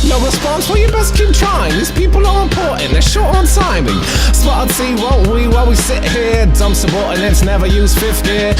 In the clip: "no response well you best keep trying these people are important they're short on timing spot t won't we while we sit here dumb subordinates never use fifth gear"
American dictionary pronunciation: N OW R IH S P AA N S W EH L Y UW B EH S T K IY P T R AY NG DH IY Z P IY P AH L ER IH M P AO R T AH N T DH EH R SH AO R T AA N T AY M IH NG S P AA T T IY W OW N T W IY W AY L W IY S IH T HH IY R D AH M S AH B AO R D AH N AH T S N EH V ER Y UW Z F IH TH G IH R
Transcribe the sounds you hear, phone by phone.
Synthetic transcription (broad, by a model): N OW R IH S P AA N S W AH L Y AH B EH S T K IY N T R AY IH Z P IY P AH L ER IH P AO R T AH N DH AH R SH AO R T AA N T AY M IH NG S B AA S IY W OW N T W IY W AY L W IY S IH T HH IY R D AH M S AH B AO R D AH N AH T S N EH V ER Y UW Z F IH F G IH